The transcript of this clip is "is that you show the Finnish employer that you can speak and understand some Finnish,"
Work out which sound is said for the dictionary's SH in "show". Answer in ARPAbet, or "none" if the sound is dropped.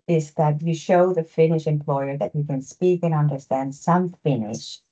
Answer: SH